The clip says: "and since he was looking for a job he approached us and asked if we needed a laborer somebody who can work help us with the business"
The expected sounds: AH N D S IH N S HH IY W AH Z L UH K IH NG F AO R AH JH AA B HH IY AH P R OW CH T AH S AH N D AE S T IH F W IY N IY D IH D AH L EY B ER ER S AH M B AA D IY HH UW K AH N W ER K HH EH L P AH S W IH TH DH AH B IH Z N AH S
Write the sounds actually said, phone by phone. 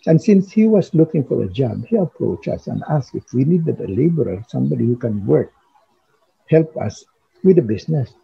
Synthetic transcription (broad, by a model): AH N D S IH N S HH IY W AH S L UH K IH NG F AO R AH JH AA B HH IY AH P R OW CH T AH S AH N D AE S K IH F W IY N IY D IH D AH L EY B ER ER S AH M B AA D IY HH UW K AH N W ER K HH EH L P AH S W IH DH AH B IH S N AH S